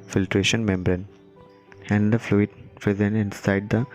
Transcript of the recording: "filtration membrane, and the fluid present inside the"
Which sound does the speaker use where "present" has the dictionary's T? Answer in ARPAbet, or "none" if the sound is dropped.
none